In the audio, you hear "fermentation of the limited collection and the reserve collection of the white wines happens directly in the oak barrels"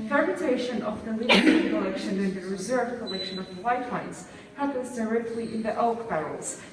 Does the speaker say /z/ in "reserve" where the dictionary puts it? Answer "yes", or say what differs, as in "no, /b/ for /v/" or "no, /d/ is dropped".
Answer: yes